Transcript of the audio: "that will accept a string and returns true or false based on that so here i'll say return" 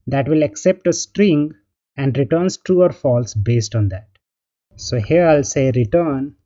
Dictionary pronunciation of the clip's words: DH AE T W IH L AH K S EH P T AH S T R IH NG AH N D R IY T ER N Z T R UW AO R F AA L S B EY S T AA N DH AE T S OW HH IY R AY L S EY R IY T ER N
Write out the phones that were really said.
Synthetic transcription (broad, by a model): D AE T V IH L AH K S EH P T AH S T R IH NG AH N D R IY T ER N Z T R UW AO R F AA L S B EY S T AA N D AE T S OW HH IY R AY L S EY R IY T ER N